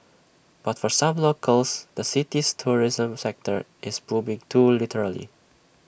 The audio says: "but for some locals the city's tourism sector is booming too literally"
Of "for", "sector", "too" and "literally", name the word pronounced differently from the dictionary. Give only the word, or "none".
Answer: none